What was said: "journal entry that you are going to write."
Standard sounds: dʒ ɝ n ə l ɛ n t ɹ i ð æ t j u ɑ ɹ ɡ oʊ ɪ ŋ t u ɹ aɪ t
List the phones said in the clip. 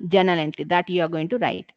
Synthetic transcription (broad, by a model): dʒ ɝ n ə l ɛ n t l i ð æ t j u ɑ ɹ ɡ oʊ ɪ ŋ t u ɹ aɪ t